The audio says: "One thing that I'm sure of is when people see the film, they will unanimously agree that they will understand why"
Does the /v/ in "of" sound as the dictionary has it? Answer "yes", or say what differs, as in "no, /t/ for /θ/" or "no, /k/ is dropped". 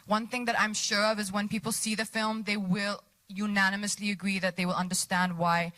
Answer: yes